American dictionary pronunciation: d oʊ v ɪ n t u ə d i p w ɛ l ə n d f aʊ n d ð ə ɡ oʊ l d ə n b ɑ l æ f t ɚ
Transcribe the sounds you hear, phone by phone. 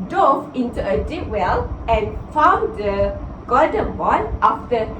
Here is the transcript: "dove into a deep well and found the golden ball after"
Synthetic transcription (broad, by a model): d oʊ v ɪ n t u ə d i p w ɛ l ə n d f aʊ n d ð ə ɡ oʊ d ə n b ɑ n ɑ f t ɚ